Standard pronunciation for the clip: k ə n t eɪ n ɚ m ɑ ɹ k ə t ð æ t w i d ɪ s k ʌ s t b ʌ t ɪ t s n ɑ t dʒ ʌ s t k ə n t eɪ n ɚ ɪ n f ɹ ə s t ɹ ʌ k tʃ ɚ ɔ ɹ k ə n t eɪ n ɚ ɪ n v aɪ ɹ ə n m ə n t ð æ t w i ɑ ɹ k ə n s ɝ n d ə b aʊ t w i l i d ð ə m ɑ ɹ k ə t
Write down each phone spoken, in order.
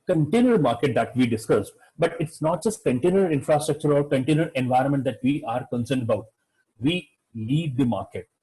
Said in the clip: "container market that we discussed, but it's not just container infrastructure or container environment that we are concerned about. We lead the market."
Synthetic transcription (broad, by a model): k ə n t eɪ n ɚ m ɑ ɹ k ə t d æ t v i d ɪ s k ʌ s b ʌ t ɪ t s n ɑ t dʒ ʌ s t k ə n t eɪ n ɚ ɪ n f ɹ ə s t ɹ ʌ k tʃ ɚ ɔ ɹ k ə n t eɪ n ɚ ɪ n v aɪ ɹ ə n m ə n t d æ t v i ɑ ɹ k ə n s ɝ n d ə b aʊ t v i l i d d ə m ɑ ɹ k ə t